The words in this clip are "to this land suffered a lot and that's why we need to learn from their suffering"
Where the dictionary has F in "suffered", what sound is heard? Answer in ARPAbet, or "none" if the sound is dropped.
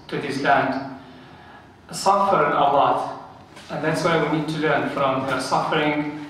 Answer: F